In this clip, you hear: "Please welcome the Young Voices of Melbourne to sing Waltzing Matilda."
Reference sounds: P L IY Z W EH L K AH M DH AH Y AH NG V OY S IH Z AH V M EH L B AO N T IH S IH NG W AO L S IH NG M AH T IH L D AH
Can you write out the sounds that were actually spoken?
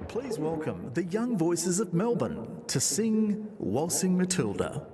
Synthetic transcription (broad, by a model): P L IY Z W EH L K AH M DH AH Y AH NG V OY S IH Z AH V M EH L B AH N T IH S IH NG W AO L S IH NG M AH T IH L D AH